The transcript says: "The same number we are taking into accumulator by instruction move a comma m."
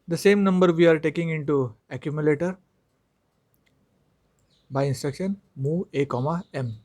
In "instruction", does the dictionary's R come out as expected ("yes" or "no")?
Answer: yes